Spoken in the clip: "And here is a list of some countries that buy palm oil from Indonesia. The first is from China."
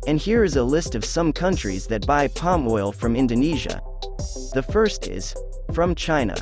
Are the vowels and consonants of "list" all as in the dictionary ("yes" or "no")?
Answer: yes